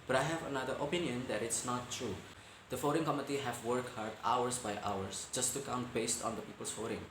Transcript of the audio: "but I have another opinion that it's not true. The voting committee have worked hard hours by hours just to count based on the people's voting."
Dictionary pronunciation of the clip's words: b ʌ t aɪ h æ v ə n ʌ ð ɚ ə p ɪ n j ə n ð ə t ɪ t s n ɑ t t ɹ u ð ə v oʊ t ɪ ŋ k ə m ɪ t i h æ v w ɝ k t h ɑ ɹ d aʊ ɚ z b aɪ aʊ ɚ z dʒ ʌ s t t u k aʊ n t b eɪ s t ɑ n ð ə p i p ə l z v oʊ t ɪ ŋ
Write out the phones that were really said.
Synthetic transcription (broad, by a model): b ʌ t aɪ h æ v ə n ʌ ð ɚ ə p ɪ n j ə n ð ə t ɪ t s n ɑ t t ɹ u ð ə f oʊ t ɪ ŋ k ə m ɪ t i h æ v w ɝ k h ɑ ɹ d aʊ ɚ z b aɪ aʊ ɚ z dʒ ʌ s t t u k aʊ n t b eɪ s t ɑ n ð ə p i p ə l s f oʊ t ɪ ŋ